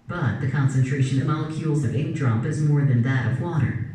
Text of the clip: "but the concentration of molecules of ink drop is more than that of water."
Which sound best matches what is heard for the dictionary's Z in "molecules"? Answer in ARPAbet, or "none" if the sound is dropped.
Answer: Z